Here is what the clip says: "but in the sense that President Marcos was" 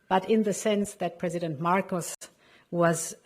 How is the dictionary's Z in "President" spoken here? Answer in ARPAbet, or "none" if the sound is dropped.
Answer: Z